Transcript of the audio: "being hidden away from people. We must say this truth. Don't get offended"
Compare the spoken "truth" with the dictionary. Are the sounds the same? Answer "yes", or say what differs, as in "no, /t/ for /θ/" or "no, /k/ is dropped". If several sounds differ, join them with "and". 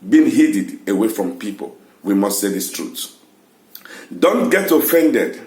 no, /s/ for /θ/